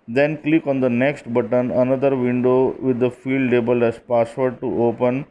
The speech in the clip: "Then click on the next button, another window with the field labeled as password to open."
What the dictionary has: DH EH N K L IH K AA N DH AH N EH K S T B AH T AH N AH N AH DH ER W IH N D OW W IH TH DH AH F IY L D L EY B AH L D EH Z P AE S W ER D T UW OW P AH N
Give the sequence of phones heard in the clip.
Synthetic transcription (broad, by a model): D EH N K L IH K AA N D AH N EH K S T B AH T AH N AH N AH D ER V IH N D OW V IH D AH F IY L D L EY B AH L EH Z P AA S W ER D T UW OW P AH N